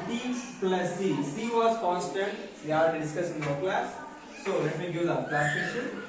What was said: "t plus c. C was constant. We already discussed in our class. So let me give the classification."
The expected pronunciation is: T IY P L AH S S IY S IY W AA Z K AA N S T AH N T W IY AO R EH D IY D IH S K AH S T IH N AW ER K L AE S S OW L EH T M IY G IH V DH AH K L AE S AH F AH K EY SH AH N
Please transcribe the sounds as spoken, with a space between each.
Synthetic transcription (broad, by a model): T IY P L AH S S IY S IY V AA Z K AA N S T AH N T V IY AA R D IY D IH S K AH S IH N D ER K L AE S S OW L EH T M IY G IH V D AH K L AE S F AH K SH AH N